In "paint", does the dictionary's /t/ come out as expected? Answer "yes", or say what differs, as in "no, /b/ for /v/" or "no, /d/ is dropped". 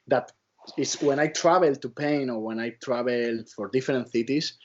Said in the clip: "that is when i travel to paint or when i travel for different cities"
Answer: no, /t/ is dropped